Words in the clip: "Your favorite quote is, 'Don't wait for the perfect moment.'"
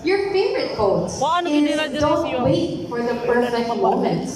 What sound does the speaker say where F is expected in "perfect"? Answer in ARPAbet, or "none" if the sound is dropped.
none